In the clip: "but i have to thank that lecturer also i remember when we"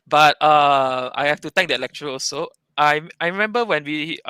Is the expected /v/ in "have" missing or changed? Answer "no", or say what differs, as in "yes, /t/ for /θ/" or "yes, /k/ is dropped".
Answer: yes, /f/ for /v/